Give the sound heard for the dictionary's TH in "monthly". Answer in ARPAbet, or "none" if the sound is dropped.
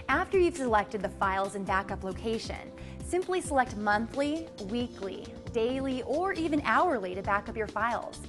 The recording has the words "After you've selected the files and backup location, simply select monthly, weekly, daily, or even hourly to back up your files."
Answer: TH